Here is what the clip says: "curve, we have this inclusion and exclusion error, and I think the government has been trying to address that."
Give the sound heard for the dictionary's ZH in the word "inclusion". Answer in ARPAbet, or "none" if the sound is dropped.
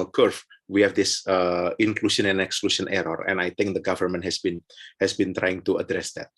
SH